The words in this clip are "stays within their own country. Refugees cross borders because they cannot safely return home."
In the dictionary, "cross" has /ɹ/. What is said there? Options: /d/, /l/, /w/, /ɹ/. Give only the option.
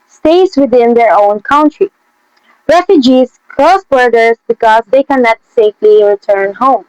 /l/